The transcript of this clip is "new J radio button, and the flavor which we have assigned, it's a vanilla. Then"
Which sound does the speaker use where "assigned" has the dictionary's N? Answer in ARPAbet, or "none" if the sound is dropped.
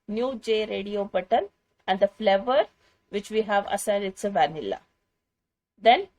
none